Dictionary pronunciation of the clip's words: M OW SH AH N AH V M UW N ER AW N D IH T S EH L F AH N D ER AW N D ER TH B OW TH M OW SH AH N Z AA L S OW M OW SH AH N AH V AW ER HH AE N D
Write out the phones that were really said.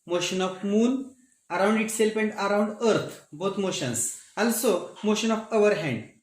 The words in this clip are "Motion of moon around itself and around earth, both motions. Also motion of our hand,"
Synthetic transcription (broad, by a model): M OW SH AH N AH F M UW N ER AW N D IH T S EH L P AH N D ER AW N D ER T B OW T M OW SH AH N S AA L S OW M OW SH AH N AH F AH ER HH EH N D